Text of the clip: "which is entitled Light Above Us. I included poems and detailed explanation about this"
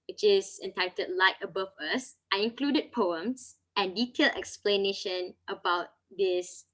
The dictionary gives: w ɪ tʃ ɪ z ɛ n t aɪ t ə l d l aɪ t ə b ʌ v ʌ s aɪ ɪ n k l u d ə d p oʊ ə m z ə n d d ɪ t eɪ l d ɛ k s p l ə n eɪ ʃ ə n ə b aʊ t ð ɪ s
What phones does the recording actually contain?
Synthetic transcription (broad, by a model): w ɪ tʃ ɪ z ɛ n t aɪ t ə d l aɪ t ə b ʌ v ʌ s aɪ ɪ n k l u d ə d p oʊ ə m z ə n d d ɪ t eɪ l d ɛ k s p l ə n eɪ ʃ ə n ə b aʊ t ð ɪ s